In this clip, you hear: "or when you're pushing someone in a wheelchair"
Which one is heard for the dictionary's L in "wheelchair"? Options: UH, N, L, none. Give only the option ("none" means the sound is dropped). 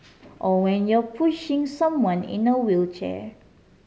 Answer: L